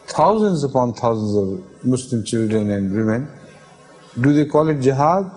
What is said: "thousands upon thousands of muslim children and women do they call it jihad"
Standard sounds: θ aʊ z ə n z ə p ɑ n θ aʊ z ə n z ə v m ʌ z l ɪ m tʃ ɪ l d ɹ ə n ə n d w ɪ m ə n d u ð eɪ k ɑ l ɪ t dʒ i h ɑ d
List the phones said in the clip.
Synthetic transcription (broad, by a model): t aʊ z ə n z ə p ɑ n t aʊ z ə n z ə v m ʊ s l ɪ m tʃ ɪ l d ɹ ə n ə n d w ɪ m ə n d u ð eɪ k ɑ l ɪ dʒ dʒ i h ɑ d